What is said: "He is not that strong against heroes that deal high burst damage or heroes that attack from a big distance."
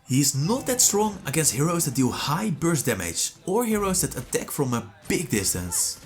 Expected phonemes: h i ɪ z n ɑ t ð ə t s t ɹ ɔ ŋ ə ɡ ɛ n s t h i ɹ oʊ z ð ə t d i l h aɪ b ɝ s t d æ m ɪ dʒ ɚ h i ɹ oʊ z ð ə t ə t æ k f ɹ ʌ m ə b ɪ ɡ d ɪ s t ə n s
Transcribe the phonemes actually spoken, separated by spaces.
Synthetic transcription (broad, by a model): h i ɪ z n ɑ t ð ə t s t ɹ ɔ ŋ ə ɡ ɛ s h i ɹ oʊ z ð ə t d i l h aɪ b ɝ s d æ m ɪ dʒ ɚ h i ɹ oʊ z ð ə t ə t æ k f ɹ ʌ m ə b ɪ ɡ d ɪ s t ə n s